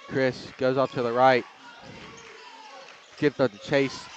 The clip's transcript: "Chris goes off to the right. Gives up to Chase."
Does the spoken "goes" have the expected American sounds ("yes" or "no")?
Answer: yes